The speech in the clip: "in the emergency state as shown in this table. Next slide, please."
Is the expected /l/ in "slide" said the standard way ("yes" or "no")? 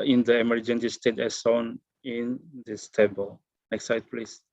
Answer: no